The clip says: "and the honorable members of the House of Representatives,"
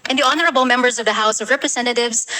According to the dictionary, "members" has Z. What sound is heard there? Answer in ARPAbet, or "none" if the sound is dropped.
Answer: Z